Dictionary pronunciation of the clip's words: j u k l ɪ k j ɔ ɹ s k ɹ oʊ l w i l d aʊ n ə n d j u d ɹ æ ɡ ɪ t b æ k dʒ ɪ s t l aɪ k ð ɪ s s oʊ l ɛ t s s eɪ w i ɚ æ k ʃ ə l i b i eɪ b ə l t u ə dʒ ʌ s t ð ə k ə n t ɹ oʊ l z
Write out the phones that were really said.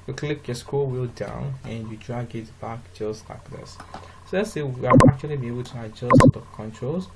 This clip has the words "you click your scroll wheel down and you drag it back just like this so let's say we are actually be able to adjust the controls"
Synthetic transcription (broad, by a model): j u k l ɪ k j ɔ s k oʊ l w i l d aʊ n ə n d j u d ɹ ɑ ɡ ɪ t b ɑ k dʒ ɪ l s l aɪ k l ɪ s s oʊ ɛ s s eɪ w i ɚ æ k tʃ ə l i b i eɪ b ə l t u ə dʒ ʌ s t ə k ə n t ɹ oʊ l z